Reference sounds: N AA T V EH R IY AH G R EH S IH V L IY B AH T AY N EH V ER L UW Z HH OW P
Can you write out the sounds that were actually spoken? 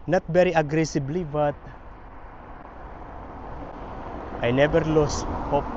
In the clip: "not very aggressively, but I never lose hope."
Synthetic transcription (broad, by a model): N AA T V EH R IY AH G R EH S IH B L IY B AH T AY N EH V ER L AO S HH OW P